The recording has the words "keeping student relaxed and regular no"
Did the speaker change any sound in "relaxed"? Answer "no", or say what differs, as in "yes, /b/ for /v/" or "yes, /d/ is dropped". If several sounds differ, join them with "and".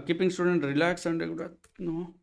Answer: yes, /t/ is dropped